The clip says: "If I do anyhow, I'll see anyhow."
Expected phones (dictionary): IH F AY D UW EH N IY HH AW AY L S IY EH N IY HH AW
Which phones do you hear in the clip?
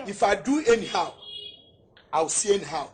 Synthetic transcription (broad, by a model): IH F AY D UW EH N IY HH AW AY W S IY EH N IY HH AW